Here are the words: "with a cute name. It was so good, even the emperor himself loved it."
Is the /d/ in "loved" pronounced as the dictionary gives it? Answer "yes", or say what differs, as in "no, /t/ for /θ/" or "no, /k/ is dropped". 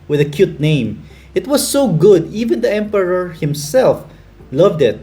yes